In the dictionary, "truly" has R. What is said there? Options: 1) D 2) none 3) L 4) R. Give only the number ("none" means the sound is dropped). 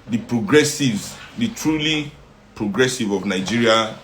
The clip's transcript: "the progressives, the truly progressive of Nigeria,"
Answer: 4